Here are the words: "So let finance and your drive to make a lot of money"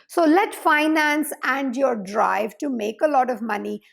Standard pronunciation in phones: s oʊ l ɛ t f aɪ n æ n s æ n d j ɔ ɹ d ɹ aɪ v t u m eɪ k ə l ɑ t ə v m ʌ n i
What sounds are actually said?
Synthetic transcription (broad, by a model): s oʊ l ɛ t f aɪ n æ n s æ n d j ɔ ɹ d ɹ aɪ v t u m eɪ k ə l ɑ t ə v m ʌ n i